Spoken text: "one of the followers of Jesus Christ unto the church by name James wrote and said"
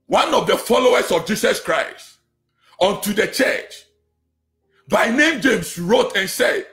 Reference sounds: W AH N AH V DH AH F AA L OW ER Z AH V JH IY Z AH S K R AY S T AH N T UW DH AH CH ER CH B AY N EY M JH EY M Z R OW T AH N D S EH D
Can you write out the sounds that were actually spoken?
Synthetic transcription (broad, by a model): W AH N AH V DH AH F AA L OW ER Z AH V JH IY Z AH S K R AY S T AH N T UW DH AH CH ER CH B AY N EY M JH EY M S R OW T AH N S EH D